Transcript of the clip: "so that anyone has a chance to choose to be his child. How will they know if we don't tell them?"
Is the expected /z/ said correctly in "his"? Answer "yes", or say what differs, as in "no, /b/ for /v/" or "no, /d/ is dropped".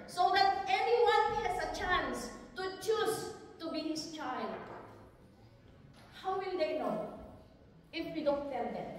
no, /s/ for /z/